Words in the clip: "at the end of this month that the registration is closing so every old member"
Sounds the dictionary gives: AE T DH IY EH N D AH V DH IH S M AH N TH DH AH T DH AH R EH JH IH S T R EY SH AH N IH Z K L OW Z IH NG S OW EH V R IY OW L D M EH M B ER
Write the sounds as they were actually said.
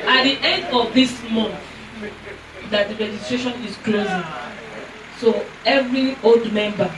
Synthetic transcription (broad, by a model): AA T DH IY EH N D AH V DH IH S M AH N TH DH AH T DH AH R EH JH IH S T R EY SH AH N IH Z K L OW Z IH NG S OW EH V R IY OW L D M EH M B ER